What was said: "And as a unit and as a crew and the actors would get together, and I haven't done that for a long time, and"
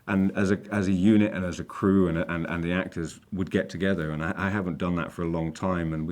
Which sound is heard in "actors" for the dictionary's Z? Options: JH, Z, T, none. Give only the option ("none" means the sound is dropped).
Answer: Z